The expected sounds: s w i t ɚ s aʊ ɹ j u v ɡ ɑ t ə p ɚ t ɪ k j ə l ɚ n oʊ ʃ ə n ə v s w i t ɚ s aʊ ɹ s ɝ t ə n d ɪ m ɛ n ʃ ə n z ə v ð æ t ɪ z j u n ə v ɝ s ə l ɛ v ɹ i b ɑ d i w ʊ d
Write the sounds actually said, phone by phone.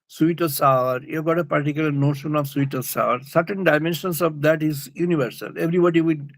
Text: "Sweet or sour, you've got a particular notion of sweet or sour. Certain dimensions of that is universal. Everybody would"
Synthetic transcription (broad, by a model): s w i t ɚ s aʊ ɹ j u v ɡ ɑ t ə p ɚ t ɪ k j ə l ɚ n oʊ ʃ ə n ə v s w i t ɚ s aʊ ɹ s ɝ t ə n d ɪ m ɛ n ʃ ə n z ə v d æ t ɪ z j u n ə v ɝ s ə l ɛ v ɹ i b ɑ d i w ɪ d